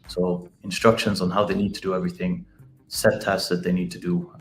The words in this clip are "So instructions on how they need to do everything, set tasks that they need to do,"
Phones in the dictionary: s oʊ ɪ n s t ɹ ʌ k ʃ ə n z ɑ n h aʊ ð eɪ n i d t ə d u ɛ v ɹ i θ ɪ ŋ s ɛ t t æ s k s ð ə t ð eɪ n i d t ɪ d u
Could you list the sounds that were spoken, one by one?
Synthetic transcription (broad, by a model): s oʊ ɪ n s t ɹ ʌ k ʃ ə n z n h aʊ ð eɪ n i d t ə d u ɛ v ɹ i θ ɪ ŋ s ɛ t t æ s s ð ə t ð eɪ n i d t ɪ d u